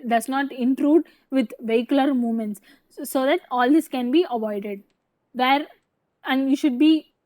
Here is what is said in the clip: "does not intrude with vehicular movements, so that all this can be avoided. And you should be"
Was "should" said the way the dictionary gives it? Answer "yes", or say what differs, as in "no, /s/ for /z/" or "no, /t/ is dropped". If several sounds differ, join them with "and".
yes